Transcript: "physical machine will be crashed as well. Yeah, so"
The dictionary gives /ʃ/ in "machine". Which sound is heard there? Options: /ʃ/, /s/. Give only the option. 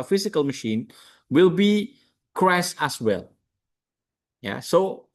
/ʃ/